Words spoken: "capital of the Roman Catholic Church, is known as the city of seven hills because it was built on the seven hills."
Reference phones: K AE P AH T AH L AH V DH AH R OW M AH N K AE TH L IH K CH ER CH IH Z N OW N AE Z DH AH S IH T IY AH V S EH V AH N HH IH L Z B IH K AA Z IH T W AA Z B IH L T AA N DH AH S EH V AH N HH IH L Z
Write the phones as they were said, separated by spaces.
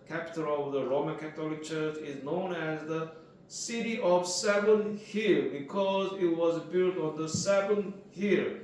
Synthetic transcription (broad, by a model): K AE P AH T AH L AH V DH AH R OW M AH N K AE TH L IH K CH ER CH IH Z N OW N AE Z DH AH S IH T IY AH V S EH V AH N HH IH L B IH K AA Z IH T W AA Z B IH L T AA N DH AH S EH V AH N HH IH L